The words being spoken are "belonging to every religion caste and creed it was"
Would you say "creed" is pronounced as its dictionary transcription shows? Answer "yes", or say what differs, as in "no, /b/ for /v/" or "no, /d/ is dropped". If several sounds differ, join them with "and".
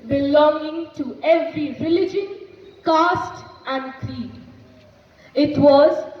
no, /d/ is dropped